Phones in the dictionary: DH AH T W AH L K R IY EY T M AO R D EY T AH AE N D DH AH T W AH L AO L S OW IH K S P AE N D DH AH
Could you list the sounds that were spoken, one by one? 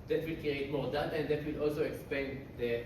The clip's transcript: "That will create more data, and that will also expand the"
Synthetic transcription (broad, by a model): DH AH T W AH L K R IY EY T M AO R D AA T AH N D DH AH T W AH L AO L S OW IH K S P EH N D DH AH